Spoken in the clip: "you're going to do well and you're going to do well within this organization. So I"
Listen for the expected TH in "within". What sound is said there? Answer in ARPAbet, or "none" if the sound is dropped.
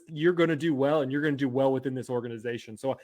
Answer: TH